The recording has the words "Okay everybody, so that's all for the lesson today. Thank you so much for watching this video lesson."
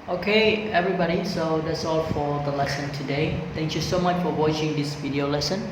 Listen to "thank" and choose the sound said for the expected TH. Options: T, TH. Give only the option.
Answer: T